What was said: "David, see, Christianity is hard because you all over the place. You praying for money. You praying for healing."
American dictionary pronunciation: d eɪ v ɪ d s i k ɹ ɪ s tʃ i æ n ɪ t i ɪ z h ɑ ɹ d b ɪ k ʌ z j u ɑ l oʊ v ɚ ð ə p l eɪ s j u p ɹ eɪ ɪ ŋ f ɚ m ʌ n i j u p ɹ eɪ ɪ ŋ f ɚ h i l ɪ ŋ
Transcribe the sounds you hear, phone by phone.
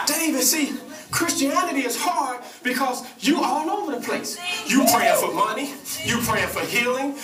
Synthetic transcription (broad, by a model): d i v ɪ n s i k ɹ ɪ s tʃ i æ n ɪ t i ɪ z h ɑ ɹ d b ɪ k ʌ z j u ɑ n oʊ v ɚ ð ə p l eɪ s j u p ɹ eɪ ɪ f ɚ m ʌ n i j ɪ p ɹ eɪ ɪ f ɚ h i l ɪ ŋ